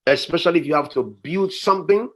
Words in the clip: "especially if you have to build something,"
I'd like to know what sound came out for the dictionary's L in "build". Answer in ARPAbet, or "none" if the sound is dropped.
L